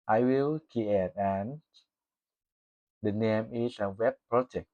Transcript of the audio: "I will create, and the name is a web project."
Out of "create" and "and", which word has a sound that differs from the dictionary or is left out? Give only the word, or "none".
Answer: create